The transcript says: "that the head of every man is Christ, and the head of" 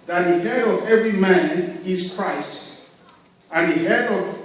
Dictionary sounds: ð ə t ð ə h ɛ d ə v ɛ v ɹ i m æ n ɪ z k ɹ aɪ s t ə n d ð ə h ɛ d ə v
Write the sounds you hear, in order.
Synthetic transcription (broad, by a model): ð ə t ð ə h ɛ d ə v ɛ v ɹ i m æ n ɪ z k ɹ aɪ s t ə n ð ə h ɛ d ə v